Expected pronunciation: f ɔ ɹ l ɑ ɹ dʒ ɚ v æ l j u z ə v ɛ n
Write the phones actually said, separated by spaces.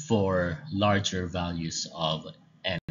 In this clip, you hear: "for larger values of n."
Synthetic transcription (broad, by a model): f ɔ ɹ l ɑ ɹ dʒ ɚ v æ l j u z ə v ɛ